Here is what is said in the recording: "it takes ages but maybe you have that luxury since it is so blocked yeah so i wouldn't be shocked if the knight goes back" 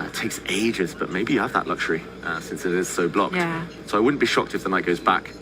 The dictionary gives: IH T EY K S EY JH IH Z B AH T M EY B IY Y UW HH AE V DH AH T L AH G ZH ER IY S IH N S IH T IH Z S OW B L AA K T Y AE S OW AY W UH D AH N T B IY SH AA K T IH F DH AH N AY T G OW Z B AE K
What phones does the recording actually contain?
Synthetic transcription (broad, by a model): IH T EY K S EY JH IH Z B AH T M EY B IY Y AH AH V DH AH T L AH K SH ER IY S IH N S IH T IH Z S OW B L AA K T S OW AY W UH D N B IY SH AA K T IH F DH AH N AY T G OW Z B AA K